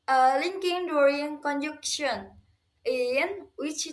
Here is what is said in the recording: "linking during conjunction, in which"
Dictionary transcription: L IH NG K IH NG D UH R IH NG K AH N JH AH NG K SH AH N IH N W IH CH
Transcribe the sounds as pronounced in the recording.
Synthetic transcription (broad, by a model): L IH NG K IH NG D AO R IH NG K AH N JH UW K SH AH N IH N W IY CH